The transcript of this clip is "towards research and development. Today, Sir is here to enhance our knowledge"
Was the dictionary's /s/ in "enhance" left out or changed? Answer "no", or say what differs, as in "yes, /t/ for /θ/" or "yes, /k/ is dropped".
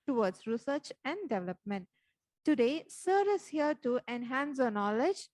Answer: no